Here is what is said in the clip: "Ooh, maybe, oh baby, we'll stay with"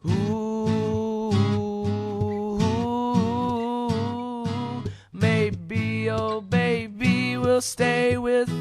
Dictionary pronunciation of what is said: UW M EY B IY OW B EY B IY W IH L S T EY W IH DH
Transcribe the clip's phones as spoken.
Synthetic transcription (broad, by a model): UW M EY B IY OW B EY B IY W IH L S T EY W IH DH